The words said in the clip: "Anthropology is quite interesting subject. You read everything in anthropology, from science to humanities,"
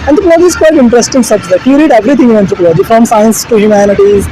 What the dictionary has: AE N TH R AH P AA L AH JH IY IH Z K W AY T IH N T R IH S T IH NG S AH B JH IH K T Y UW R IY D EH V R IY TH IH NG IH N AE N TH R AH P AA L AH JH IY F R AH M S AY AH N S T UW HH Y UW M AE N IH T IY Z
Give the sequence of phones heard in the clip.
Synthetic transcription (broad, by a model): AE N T R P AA L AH JH IY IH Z K W AY T IH N T R IH S T IH NG S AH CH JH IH T Y UW R IY D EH V R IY T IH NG IH N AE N T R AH P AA L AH JH IY F R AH M S AY AH N S T UW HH Y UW M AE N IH T IY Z